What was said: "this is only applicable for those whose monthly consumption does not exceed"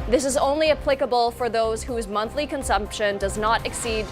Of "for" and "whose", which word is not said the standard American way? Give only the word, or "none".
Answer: none